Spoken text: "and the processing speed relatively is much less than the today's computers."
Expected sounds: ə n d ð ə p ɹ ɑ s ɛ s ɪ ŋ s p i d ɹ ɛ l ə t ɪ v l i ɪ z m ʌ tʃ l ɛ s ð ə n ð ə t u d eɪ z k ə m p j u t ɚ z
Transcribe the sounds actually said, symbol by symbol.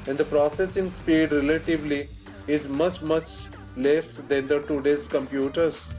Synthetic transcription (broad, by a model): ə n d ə p ɹ ɑ s ɛ s ɪ ŋ s p i d ɹ ɛ l ə t ɪ v l i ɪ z m ʌ tʃ l ɛ s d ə n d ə t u d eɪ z k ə m p j u t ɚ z